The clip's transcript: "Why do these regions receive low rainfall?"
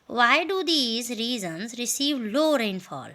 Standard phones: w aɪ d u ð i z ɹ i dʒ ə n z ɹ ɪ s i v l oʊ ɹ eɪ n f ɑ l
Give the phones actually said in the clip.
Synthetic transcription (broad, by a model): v aɪ d u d i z ɹ i z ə n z ɹ ɪ s i v l oʊ ɹ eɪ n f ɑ l